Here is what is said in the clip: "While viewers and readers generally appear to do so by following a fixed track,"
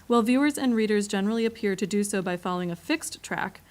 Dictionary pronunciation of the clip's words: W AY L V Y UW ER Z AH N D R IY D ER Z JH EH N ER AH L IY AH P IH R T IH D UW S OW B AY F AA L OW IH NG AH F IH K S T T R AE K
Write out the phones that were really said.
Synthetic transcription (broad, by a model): W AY L V Y UW ER Z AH N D R IY D ER Z JH EH N ER L IY AH P IH R T IH D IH S OW B AY F AA L OW IH NG AH F IH K S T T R AE K